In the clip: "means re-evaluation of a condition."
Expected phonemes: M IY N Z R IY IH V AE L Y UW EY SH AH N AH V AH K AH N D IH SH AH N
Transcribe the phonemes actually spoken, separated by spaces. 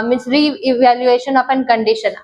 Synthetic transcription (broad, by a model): M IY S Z R IY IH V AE L Y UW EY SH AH N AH P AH K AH N D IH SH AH N